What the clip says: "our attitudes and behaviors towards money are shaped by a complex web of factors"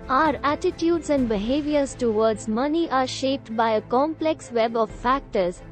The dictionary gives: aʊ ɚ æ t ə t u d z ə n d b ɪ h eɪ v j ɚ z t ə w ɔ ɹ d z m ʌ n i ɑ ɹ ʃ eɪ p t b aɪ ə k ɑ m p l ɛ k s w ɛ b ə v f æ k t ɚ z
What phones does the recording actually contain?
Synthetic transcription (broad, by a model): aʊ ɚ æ t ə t u d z ə n d b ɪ h eɪ v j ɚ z t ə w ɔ ɹ d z m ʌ n i ɑ ɹ ʃ eɪ p t b aɪ ə k ɑ m p l ɛ k s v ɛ b ə v f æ k t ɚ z